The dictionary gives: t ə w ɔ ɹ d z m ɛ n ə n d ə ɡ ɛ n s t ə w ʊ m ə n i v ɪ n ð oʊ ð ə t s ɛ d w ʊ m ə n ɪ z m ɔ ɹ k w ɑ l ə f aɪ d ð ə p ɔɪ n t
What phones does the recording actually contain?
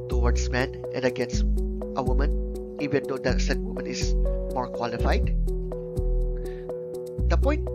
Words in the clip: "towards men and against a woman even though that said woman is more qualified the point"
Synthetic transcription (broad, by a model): t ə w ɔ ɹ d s m ɛ n ə n d ə ɡ ɛ n s t ə w ʊ m ə n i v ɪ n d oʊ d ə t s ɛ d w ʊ m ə n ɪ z m ɔ ɹ k w ɑ l ə f aɪ d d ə p ɔɪ n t